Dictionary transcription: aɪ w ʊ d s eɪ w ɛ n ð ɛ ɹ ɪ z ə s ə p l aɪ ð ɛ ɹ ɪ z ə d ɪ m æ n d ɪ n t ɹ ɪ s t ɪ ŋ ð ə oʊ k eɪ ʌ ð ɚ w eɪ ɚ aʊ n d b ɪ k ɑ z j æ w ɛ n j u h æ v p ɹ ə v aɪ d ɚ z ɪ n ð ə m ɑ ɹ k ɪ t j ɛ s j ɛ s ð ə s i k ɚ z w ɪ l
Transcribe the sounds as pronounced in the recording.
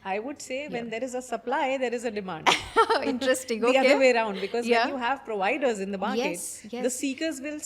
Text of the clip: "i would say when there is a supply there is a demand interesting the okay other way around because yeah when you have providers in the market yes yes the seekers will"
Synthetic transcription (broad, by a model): aɪ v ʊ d s eɪ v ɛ n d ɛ ɹ ɪ z ə s ə p l aɪ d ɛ ɹ ɪ z ə d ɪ m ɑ n d ɪ n t ɹ ɪ s t ɪ ŋ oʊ i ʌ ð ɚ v eɪ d aʊ n d b ɪ k ɑ z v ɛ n j u h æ v p ɹ ə v aɪ d ɚ z ɪ n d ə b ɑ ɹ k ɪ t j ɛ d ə s i k ɚ z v ɪ l